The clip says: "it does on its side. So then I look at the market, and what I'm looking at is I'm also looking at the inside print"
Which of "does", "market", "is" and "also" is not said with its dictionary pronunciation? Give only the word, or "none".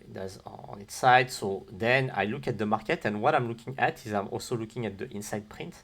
none